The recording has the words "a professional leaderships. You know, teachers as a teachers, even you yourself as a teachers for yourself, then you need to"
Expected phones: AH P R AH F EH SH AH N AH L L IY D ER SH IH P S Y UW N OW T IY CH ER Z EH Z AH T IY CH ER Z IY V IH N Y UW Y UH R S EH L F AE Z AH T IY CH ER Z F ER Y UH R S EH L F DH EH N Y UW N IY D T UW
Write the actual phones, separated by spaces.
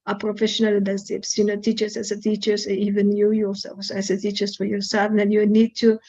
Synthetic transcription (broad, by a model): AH P R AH F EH SH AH N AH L L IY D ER S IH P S Y UW N OW T IY CH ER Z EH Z AH T IY CH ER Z IY V IH N Y UW Y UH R S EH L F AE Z AH T IY CH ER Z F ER Y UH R S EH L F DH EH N Y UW N IY D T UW